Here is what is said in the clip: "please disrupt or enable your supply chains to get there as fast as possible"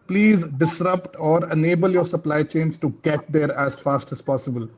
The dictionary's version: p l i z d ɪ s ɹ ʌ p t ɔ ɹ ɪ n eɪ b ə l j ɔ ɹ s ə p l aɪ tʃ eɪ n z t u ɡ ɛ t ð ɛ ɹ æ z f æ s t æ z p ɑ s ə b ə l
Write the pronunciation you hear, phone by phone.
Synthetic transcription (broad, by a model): p l i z d ɪ s ɹ ʌ p t ɔ ɹ ɪ n eɪ b ə l j ɔ ɹ s ə p l aɪ tʃ eɪ n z t u ɡ ɛ t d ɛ ɹ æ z f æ s t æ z p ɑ s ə b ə l